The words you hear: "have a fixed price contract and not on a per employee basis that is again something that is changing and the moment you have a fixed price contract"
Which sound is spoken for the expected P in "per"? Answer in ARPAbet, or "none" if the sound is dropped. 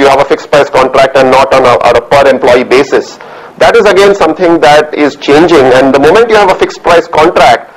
P